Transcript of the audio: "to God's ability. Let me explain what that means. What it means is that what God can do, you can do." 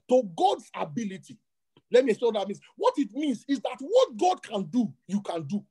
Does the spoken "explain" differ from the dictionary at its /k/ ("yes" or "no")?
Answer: yes